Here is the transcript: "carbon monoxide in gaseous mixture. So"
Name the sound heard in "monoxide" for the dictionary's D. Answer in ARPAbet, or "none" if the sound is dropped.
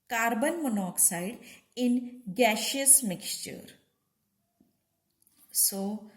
D